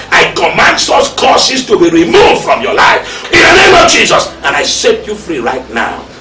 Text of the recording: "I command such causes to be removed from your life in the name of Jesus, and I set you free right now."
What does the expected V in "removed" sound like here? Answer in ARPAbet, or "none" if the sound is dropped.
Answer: V